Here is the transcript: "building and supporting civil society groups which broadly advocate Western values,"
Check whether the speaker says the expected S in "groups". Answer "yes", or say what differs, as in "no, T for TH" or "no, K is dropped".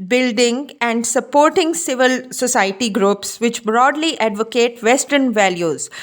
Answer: yes